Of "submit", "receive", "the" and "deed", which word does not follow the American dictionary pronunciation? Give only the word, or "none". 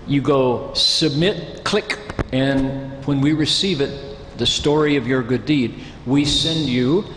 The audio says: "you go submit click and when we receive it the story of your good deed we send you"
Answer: none